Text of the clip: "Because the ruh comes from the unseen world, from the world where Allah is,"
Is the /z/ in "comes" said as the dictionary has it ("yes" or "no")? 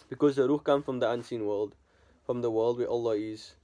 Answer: no